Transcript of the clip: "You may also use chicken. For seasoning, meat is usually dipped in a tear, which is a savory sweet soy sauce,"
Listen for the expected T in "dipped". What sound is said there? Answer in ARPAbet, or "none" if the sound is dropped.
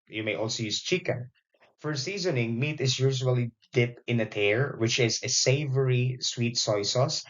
none